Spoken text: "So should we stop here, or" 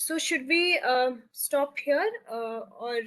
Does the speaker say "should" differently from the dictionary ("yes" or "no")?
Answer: no